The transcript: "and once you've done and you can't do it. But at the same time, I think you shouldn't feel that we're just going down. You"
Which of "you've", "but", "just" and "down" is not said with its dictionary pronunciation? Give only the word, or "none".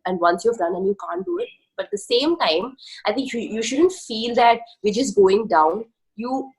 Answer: just